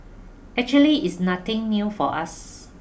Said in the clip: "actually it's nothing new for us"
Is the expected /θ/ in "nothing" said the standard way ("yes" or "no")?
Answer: no